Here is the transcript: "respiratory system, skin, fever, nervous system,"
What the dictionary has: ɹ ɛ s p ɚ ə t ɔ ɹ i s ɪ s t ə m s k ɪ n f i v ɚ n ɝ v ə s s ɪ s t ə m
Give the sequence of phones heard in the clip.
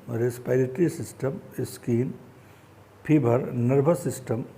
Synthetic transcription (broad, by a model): ɹ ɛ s p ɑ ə t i ɹ i s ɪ s t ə m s k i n p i b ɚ n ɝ b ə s s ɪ s t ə m